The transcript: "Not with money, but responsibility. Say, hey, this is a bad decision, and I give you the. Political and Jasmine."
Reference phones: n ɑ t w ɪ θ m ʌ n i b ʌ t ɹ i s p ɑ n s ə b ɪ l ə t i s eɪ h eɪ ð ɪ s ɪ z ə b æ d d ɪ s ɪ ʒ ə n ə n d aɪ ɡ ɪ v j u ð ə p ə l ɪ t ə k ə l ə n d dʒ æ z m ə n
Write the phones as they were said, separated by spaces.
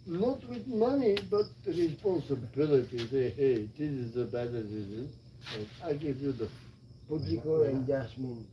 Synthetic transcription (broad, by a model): n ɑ t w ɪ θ m ʌ n i b ʌ t ɹ i s p ɑ n s ə b ɪ l ə t i s eɪ h eɪ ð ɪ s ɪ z ə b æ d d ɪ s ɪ z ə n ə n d aɪ ɡ ɪ v j u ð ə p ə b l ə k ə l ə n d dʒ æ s m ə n